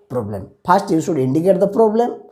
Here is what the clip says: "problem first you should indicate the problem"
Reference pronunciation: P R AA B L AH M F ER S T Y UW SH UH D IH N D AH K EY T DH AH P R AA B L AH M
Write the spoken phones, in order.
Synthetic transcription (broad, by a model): P R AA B L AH M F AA S T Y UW S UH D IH N D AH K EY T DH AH P R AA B L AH M